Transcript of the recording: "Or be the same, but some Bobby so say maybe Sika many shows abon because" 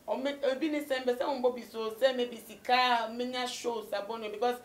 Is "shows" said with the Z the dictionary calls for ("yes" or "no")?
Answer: no